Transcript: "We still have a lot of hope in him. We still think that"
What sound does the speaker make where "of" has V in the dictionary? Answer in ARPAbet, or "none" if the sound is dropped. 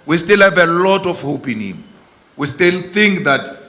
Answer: F